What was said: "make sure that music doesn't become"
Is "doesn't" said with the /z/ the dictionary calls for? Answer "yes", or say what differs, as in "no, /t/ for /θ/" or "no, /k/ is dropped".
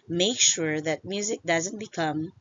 yes